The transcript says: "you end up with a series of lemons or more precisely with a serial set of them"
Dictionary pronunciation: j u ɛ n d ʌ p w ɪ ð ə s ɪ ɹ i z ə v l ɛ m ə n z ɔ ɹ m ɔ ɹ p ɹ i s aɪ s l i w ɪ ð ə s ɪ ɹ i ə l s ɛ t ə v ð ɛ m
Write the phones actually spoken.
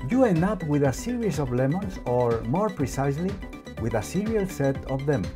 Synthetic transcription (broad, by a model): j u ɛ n ʌ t w ɪ ð ə s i ɹ i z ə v l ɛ m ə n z ɔ ɹ m ɔ ɹ p ɹ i s aɪ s l i w ɪ ð ə s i ɹ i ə l s ɛ t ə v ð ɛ m